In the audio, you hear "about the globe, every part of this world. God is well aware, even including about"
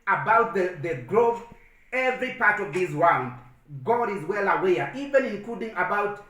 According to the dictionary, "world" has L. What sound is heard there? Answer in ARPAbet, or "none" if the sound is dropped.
N